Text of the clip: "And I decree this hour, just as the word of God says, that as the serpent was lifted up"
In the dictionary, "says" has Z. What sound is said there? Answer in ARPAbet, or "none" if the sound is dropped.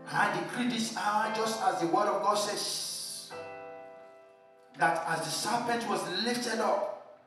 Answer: S